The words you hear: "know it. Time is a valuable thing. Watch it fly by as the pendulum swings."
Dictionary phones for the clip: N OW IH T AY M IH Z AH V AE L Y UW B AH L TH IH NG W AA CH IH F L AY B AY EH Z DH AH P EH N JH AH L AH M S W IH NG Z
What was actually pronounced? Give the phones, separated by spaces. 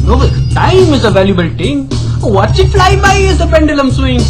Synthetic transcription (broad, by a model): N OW T AY M IH Z AH V AE L Y UW B AH L T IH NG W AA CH IH F L AY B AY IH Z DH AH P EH N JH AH L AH M S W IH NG